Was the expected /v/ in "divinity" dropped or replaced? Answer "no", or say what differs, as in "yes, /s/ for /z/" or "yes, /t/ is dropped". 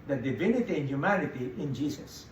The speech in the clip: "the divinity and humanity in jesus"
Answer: no